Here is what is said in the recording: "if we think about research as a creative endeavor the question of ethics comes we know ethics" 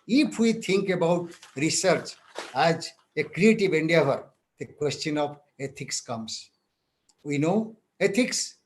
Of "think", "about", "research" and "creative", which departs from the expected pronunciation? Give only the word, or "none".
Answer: think